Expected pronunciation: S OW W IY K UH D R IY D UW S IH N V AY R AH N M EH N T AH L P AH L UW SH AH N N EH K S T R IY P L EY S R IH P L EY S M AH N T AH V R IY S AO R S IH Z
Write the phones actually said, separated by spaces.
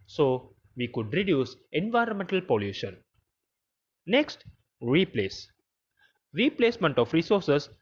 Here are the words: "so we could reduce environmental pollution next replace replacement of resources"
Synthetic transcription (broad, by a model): S OW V IY K UH D R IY D UW S IH N V AY R AH N M EH N T AH L P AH L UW SH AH N N EH K S T R IY P L EY S R IH P L EY S M AH N T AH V R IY S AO R S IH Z